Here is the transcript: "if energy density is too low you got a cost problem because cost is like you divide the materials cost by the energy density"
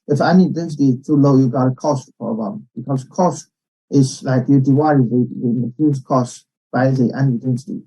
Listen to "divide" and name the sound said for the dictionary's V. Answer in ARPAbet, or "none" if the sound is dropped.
W